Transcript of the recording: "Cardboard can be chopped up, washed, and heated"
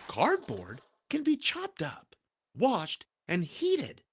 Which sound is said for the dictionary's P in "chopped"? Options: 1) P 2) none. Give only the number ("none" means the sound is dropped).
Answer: 1